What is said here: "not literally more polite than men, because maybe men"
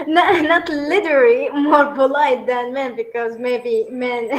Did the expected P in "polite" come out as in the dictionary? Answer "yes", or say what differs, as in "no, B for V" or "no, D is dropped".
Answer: no, B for P